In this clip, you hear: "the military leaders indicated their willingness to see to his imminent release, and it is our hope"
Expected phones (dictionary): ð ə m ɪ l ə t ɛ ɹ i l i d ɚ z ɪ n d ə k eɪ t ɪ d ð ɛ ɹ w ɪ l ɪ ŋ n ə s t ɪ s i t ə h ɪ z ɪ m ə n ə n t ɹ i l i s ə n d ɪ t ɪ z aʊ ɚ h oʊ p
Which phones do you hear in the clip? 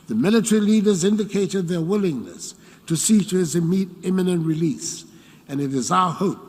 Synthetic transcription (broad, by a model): ð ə m ɪ l ə t ɛ ɹ i l i d ɚ z ɪ n d ə k eɪ t ɪ d ð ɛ ɹ w ɪ l ɪ ŋ n ə s t ɪ s i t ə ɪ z ɪ m ə n ə n t ɹ i l i s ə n ɪ t ɪ z aʊ ɚ h oʊ p